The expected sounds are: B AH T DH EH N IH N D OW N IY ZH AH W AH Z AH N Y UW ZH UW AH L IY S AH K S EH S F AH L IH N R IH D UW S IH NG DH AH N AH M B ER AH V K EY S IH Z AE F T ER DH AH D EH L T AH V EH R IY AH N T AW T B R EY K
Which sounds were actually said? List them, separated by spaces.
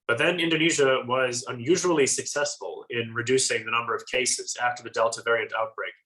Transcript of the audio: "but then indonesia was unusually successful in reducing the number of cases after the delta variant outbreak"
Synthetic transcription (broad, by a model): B AH T DH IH N IH N D OW N IY ZH AH W AH Z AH N Y UW ZH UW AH L IY S AH K S EH S F AH L IH N R IH D UW S IH NG DH AH N AH M B ER AH V K EY S IH Z AE F T ER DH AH D EH L T AH V EH R IY AH N T AW T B R EY K